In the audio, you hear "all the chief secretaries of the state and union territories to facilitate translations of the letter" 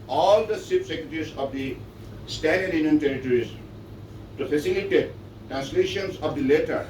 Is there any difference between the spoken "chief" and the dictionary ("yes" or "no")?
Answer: yes